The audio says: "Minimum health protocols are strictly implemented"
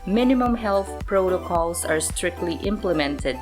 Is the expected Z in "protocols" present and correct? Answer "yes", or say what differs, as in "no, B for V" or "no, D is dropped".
no, S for Z